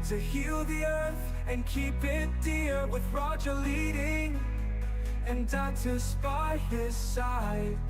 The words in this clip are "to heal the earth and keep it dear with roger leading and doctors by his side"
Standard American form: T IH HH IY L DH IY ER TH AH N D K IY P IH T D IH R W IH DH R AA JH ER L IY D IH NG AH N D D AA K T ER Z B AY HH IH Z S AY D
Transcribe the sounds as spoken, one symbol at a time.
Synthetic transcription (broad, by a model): T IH HH IY L DH IY ER TH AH N K IY P IH T D IH R W IH DH R AA JH ER L IY D IH NG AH N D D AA T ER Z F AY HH IH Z S AY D